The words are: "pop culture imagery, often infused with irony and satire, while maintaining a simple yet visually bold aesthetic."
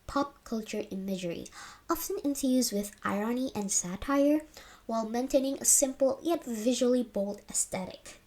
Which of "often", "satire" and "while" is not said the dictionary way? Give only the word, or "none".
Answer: none